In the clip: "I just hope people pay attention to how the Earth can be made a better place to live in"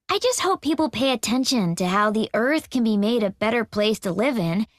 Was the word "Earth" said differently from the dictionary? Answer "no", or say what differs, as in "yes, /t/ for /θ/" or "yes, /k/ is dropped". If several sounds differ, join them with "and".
no